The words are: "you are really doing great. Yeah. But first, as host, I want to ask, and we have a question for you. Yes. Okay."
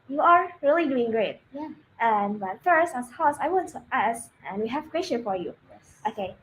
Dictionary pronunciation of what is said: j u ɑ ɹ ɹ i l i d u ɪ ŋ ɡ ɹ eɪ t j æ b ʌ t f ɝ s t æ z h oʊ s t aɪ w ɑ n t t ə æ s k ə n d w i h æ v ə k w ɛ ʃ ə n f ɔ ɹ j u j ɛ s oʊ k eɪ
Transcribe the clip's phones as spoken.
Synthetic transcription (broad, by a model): j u ɑ ɹ ɹ i l i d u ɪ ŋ ɡ ɹ eɪ t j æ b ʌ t f ɝ s t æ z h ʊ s aɪ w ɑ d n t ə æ s ə n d w i h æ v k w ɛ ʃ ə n f ɔ ɹ j u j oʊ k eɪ